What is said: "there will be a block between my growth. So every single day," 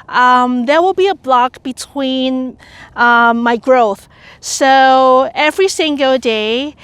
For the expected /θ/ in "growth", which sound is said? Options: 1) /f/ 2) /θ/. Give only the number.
2